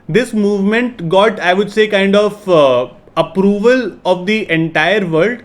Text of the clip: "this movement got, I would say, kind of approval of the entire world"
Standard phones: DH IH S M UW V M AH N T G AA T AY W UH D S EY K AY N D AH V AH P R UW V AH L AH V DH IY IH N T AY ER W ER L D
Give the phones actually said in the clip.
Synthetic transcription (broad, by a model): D IH S M UW V M AH N T G AA T AY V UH D S EY K AY N D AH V AH P R UW V AH L AH V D IY IH N T AY ER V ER L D